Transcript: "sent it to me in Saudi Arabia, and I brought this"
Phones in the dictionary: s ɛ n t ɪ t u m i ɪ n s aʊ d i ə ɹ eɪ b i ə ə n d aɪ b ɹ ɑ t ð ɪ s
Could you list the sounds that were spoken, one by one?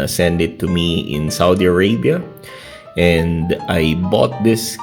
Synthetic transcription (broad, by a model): s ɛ n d ɪ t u m i ɪ n s aʊ d i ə ɹ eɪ b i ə ə n d aɪ b ɑ t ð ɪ s